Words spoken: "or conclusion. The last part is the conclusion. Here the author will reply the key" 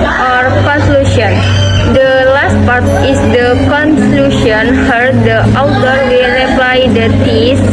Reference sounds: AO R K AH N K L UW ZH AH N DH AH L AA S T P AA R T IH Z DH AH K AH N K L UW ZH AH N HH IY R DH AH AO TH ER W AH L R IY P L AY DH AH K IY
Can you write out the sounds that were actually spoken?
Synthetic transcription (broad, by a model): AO R K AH N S L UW SH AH N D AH L AA S T P AA R T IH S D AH K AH N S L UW SH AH N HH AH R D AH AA T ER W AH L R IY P L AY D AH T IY